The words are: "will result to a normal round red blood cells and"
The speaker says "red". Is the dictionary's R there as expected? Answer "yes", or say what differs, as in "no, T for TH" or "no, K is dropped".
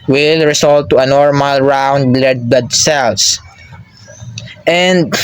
no, L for R